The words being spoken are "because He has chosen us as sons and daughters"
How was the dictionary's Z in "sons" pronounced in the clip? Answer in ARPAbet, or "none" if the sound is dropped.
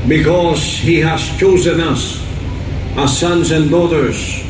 Z